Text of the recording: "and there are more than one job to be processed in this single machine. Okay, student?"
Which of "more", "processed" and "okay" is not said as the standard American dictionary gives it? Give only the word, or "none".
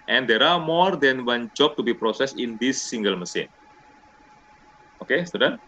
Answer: processed